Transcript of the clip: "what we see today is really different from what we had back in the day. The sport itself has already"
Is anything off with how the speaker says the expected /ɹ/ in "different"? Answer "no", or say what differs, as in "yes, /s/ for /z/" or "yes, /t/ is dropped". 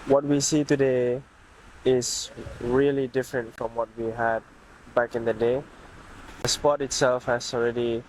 no